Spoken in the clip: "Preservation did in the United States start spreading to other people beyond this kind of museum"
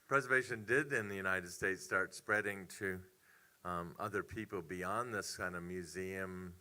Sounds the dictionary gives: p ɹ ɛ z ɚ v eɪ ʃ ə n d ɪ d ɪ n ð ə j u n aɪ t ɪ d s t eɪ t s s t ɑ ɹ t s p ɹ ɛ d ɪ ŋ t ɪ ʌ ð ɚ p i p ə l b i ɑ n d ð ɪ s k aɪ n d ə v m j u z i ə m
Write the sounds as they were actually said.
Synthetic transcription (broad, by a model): p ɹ ɛ z ɚ v eɪ ʃ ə n d ɪ d ɪ n ð ə j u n aɪ t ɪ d s t eɪ t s s t ɑ ɹ t s p ɹ ɛ d ɪ ŋ t ɪ ʌ ð ɚ p i p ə l b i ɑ n ð ɪ s k aɪ n d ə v m j u z i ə m